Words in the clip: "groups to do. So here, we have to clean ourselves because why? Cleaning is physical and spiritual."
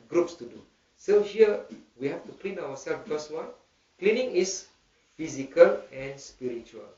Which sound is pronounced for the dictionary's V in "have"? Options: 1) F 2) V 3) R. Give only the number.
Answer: 1